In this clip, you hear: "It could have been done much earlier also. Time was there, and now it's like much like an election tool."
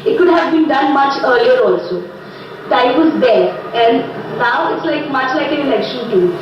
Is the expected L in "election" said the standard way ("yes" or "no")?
no